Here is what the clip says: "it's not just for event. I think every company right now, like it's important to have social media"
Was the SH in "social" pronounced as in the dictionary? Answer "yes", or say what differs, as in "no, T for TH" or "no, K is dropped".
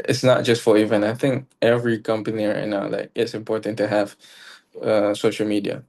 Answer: yes